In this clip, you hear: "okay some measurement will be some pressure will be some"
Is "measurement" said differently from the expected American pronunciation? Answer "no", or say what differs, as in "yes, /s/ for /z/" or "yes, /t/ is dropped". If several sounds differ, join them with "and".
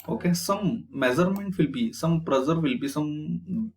yes, /z/ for /ʒ/